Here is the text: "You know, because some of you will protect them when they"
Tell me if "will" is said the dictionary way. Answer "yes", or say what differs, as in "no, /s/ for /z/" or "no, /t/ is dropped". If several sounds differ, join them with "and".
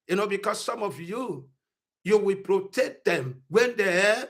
no, /w/ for /l/